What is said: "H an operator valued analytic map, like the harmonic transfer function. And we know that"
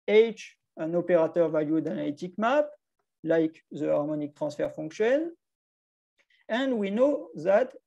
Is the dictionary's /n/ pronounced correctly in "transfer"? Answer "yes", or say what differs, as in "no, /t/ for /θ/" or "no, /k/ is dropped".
no, /n/ is dropped